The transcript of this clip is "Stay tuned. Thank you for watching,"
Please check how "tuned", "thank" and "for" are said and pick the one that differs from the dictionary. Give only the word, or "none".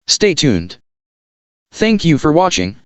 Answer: none